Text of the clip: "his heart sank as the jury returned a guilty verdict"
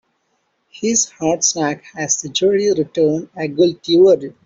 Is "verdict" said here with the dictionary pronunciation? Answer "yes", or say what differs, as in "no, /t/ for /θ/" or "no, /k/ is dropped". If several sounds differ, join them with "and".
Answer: no, /k/ is dropped